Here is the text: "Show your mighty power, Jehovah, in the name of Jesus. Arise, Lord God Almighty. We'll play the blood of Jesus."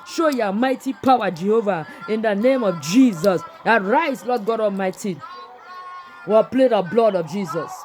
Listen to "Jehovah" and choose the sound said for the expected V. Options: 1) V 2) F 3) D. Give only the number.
1